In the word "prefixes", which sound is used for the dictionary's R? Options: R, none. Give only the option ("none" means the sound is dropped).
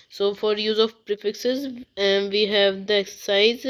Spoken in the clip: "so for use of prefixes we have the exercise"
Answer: R